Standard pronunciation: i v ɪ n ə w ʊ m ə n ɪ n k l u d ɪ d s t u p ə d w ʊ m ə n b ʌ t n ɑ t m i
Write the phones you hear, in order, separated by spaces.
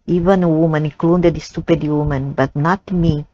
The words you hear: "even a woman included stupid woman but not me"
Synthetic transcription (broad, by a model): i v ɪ n ə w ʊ m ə n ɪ k l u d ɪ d s t u p ə d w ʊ m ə n b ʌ t n ɑ t m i